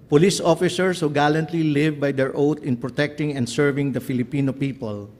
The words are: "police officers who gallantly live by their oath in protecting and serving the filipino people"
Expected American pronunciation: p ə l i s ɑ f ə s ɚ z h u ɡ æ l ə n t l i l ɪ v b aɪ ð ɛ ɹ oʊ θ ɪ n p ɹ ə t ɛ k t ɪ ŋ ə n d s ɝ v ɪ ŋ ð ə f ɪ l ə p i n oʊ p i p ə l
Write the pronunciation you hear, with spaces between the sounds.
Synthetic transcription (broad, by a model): p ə l i s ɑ f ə s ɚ s h u ɡ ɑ l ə n t l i l ɪ v b aɪ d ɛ ɹ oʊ t ɪ n p ɹ ə t ɛ k t ɪ ŋ ə n d s ɝ v ɪ ŋ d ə f ɪ l ə p i n oʊ p i p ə l